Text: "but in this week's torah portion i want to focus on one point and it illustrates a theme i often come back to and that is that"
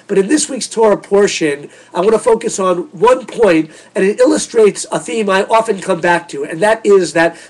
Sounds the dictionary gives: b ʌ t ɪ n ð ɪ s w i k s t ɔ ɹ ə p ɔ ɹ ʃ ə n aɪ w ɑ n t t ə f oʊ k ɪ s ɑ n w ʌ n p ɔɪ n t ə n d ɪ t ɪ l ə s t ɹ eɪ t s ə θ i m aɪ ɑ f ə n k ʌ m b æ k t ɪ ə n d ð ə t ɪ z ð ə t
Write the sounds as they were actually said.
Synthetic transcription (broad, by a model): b ʌ t ɪ n ð ɪ s w i k s t ɔ ɹ ə p ɔ ɹ ʃ ə n aɪ w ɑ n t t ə f oʊ k ɪ s n w ʌ n p ɔɪ n t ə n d ɪ t ɪ l ə s t ɹ eɪ t s ə θ i m aɪ ɑ f ə n k ʌ m b æ k t ɪ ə n ð ə t ɪ z ð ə t